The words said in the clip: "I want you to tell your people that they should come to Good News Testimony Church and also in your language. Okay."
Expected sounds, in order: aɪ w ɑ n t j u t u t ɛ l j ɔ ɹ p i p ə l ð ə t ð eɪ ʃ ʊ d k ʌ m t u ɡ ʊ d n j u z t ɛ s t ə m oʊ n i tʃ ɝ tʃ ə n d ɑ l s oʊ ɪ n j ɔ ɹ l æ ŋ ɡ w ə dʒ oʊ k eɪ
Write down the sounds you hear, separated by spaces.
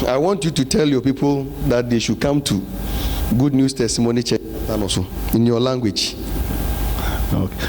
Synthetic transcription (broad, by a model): aɪ w ɑ n t j u t u t ɛ l j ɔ p i p ə l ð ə t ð eɪ ʃ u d k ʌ m t u ɡ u d n j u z t ɛ s t ə m oʊ n i tʃ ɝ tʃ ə n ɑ s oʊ ɪ n j ɔ l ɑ ŋ ɡ w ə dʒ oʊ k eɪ